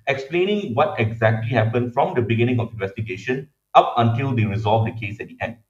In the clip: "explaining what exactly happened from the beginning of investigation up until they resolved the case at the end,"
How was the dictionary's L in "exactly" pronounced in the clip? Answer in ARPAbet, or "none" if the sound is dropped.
L